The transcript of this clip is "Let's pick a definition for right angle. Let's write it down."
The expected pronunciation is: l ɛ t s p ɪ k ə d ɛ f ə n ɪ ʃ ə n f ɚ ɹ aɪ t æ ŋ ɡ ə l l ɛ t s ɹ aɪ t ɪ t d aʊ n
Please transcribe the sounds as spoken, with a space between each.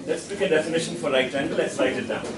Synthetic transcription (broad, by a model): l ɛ t s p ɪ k ə d ɛ f ə n ɪ ʃ ə n f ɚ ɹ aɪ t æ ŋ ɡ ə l l ɛ t s l aɪ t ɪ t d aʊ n